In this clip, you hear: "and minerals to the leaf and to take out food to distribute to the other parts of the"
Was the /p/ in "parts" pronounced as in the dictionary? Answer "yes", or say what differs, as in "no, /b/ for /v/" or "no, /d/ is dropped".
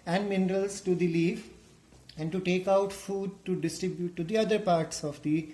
yes